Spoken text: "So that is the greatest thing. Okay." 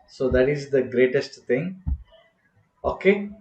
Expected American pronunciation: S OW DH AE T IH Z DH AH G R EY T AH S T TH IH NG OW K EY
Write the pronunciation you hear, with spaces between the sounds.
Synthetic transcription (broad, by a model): S OW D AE T IH Z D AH G R EY T AH S T T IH NG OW K EY